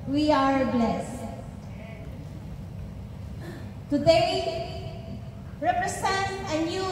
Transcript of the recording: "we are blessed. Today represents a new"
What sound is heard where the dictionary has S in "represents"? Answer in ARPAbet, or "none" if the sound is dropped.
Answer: none